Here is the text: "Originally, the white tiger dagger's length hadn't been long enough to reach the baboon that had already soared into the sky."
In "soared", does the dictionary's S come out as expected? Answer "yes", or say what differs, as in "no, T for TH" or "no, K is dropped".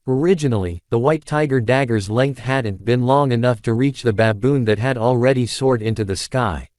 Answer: yes